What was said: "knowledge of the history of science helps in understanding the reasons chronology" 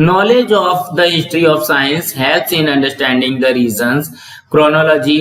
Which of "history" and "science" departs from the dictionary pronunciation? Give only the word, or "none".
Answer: none